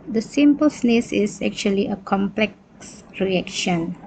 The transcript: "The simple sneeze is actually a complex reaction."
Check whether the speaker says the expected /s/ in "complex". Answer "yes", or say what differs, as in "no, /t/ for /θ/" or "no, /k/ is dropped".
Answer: yes